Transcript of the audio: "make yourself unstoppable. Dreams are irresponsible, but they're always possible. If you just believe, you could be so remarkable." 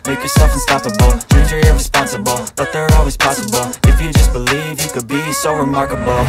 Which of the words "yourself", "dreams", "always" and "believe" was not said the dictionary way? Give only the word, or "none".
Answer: dreams